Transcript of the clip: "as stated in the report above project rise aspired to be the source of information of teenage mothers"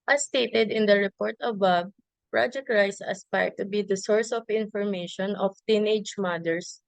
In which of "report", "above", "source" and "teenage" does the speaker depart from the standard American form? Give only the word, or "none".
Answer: above